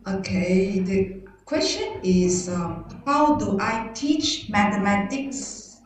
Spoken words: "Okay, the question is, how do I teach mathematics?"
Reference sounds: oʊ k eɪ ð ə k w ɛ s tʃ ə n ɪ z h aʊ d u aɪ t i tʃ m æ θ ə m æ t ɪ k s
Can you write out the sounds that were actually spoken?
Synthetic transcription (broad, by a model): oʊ k eɪ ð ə k w ɛ s tʃ ə n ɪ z h aʊ d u aɪ t i tʃ m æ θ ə m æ t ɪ k s